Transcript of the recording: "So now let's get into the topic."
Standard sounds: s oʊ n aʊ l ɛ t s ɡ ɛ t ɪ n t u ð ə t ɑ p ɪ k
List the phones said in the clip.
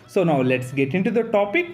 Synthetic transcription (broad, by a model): s oʊ n aʊ l ɛ t s ɡ ɛ t ɪ n t u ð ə t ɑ p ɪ k